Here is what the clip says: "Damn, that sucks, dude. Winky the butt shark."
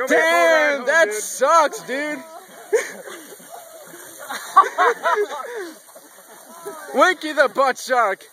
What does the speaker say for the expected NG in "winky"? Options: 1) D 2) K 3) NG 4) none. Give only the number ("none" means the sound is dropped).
4